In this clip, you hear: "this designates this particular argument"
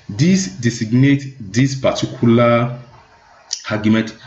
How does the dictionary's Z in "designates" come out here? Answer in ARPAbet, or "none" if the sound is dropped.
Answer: S